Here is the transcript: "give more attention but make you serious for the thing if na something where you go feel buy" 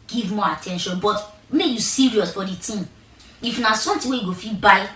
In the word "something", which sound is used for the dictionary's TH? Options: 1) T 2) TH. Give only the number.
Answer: 1